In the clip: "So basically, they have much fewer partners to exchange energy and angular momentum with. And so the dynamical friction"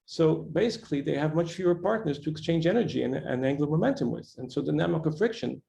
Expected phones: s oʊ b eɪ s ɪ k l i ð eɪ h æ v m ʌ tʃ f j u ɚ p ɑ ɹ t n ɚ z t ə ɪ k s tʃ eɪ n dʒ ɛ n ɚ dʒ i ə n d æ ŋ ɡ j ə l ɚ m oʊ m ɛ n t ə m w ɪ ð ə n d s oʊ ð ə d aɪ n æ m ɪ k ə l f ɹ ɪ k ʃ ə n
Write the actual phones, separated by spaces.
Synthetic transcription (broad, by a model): s oʊ b eɪ s ɪ k l i ð eɪ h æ v m ʌ tʃ f j u ɚ p ɑ ɹ t n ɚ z t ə ɪ k s tʃ eɪ n dʒ ɛ n ɚ dʒ i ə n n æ ŋ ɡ l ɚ m oʊ m ɛ n t ə m w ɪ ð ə n s oʊ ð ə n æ m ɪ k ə f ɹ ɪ k ʃ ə n